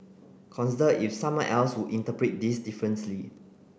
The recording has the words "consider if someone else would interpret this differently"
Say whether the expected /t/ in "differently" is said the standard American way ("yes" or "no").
no